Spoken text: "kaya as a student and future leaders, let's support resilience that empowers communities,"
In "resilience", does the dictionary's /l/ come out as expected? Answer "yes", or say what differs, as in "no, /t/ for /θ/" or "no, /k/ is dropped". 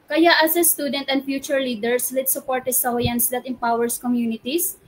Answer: no, /l/ is dropped